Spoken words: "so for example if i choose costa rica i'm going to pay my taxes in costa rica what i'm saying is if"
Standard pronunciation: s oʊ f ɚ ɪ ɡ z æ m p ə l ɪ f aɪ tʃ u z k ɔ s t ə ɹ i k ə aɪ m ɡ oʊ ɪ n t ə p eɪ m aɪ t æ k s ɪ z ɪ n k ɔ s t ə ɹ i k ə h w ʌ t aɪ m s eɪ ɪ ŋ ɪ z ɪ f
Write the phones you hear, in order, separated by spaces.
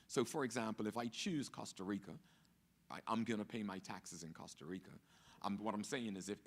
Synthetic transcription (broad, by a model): s oʊ f ɚ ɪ ɡ z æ m p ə l ɪ f aɪ tʃ u z k ɔ s t ə ɹ i k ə aɪ m ɡ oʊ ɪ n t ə p eɪ m aɪ t æ k s ɪ z ɪ n k ɔ s t ə ɹ i k ə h w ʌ t aɪ m s eɪ ɪ ŋ ɪ z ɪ f